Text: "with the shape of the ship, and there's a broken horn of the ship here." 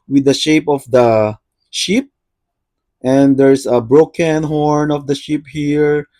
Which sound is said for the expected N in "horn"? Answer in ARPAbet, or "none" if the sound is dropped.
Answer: N